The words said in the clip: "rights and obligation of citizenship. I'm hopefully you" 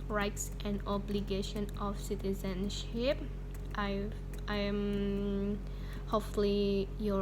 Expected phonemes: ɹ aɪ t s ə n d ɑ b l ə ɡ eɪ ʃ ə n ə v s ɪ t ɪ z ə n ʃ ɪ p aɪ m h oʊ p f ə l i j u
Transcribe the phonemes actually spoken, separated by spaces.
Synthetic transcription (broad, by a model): ɹ aɪ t s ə n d ɑ b l ə ɡ eɪ ʃ ə n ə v s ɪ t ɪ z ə n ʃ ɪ p aɪ m h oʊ f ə l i j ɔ